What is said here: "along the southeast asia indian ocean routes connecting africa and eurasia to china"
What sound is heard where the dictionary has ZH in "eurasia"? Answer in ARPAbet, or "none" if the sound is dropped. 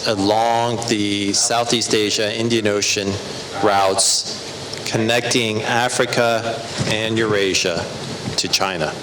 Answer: ZH